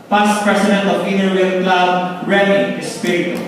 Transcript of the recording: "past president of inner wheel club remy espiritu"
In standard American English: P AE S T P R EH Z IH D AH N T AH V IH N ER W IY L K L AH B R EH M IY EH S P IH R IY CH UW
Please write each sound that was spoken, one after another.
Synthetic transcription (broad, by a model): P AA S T P R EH S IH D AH N T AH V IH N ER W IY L K L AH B R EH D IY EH S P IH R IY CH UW